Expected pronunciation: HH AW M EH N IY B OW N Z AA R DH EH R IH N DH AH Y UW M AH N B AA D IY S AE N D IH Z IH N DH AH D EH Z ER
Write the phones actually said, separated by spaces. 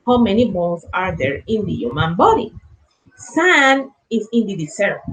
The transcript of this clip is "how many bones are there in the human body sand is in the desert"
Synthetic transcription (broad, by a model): HH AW M EH N IY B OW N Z AA R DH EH R IH N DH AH Y UW M AH N B AA D IY S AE N IH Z IH N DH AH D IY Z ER